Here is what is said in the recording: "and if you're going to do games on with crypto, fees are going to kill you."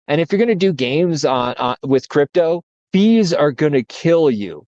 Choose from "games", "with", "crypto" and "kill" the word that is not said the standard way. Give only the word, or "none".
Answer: none